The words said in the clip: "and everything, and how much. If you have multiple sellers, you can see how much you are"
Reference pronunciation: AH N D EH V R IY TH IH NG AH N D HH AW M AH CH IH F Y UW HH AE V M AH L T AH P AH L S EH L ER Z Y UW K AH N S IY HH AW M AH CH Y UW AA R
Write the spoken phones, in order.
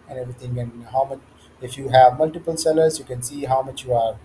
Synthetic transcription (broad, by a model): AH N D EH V R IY T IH NG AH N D HH AW M AH CH IH F Y UW HH AE V M AH L T AH P AH L S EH L ER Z Y UW K AH N S IY HH AW M AH CH Y UW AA R